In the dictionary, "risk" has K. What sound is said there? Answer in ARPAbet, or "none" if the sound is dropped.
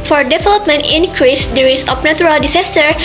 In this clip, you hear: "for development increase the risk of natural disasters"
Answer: none